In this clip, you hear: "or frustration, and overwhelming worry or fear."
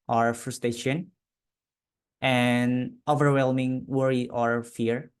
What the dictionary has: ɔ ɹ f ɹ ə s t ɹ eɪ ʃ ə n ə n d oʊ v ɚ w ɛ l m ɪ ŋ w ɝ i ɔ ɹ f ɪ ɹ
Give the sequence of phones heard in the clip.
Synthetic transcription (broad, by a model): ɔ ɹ f ɹ ə s t ɹ eɪ ʃ ə n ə n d oʊ v ɚ w ɛ l m ɪ ŋ w ɝ i ɔ ɹ f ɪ ɹ